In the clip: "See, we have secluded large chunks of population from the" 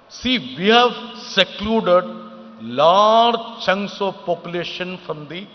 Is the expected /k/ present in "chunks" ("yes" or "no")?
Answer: no